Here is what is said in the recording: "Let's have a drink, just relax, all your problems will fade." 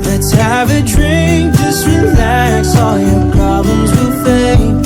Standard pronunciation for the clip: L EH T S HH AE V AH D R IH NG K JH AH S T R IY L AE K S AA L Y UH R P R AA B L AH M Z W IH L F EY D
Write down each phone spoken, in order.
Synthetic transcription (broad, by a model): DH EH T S HH AE V AH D R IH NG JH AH S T R IY L AE K S AA L Y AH R P R AA B L AH M Z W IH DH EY